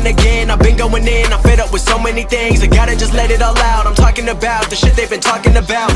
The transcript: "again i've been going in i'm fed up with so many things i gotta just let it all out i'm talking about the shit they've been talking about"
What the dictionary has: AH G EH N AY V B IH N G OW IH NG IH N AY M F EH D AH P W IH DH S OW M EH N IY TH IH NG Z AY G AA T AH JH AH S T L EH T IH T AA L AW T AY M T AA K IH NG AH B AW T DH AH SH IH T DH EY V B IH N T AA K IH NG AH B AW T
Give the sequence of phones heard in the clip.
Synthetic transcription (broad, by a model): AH G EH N AY V B IH N G OW IH NG IH N AY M F EH D AH P W IH DH S OW M EH N IY TH IH NG Z AY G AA T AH JH AH S T L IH T IH T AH L AW T AY M T AA K IH NG AH B AW T DH AH SH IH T DH EY V B IH N T AA K IH NG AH B AW T